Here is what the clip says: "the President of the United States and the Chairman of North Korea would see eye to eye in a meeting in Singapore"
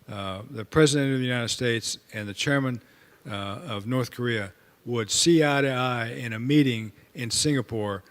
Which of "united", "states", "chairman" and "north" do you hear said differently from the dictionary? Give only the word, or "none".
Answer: none